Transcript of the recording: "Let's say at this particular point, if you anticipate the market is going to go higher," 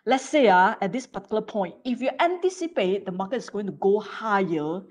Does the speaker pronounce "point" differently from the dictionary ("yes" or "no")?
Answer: yes